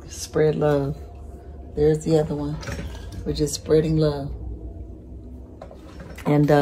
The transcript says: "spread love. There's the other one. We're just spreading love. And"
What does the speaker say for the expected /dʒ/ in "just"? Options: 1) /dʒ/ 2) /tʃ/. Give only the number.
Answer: 2